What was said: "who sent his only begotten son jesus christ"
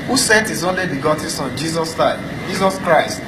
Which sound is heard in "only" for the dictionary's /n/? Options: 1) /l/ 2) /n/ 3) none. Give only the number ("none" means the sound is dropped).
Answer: 2